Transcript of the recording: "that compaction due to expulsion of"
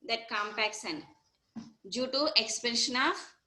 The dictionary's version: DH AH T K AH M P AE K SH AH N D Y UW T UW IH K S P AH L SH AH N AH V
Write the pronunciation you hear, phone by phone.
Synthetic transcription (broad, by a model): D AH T K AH M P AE K S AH N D Y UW T UW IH K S P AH N SH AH N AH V